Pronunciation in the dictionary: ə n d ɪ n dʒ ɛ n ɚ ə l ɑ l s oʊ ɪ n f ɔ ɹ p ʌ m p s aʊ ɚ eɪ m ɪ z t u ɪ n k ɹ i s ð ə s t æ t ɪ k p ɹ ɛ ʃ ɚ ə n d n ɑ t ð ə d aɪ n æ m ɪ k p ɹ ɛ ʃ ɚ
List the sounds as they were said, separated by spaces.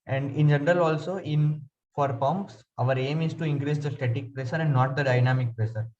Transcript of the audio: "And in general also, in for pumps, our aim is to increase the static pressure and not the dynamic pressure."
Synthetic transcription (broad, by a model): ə n d ɪ n dʒ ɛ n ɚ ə l ɑ l s oʊ ɪ n f ɔ ɹ p ʌ m p s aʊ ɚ eɪ m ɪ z t u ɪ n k ɹ i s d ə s t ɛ t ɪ k p ɹ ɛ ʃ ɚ ə n d n ɑ t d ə d aɪ n æ m ɪ k p ɹ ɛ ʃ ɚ